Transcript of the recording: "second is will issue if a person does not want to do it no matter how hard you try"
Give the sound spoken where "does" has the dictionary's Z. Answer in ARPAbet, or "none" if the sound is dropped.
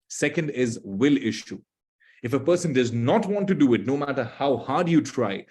Z